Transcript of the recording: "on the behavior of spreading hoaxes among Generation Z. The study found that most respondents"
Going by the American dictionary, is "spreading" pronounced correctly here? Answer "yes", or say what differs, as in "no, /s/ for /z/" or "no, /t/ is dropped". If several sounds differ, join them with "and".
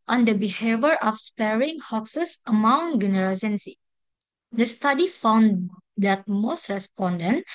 no, /ɹ/ is dropped